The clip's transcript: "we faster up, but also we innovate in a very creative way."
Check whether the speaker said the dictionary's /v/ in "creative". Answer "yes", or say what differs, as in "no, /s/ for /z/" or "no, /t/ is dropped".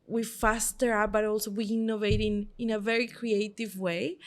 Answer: yes